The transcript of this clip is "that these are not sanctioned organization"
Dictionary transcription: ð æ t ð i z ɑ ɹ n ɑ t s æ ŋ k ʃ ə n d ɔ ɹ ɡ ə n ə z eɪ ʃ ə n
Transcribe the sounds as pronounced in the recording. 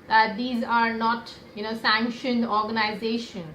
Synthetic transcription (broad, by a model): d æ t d i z ɑ ɹ n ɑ t s æ ŋ k ʃ ə n d ɔ ɹ ɡ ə n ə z eɪ ʃ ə n